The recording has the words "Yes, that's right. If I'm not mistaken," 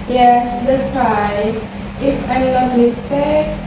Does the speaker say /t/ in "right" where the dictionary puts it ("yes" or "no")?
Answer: no